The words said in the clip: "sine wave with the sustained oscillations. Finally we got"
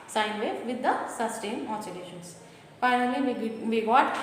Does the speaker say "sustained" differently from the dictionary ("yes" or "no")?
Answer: yes